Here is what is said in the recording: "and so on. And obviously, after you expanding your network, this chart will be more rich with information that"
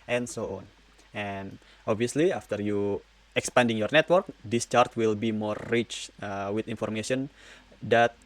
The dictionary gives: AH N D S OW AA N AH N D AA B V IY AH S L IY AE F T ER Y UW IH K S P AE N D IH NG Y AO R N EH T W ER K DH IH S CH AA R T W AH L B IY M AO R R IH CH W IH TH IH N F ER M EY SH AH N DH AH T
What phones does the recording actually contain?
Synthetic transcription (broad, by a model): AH N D S OW AA N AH N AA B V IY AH S L IY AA F T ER Y UW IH K S P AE N D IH NG Y AO R N EH T W ER K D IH S CH AA R T W AH L B IY M AO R R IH CH W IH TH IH N F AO M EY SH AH N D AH T